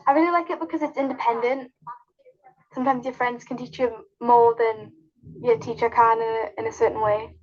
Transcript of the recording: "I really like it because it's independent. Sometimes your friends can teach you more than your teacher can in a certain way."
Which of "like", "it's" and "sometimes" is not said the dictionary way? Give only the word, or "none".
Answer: none